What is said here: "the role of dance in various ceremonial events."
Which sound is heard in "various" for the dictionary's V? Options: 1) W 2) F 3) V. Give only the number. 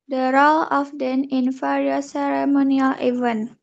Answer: 2